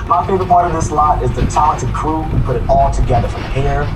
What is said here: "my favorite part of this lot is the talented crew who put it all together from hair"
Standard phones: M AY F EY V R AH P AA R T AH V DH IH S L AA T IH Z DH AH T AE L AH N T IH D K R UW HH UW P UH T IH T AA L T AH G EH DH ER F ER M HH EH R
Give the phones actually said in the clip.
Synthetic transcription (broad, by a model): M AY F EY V AH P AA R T AH V DH IH S L AA T IH Z DH AH T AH T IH K R UW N P UH T IH T AA L T AH G EH DH ER F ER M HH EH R